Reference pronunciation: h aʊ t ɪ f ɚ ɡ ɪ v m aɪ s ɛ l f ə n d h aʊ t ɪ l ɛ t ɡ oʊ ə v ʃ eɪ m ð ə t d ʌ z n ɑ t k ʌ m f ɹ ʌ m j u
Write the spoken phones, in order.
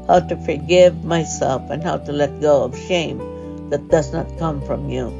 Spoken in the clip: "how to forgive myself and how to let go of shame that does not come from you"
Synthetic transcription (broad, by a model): h aʊ t ɪ f ɚ ɡ ɪ v m aɪ s ɛ l f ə n h aʊ t ɪ l ɛ t ɡ oʊ ə v ʃ eɪ m ð ə t d ʌ z n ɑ t k ʌ m f ɹ ʌ m j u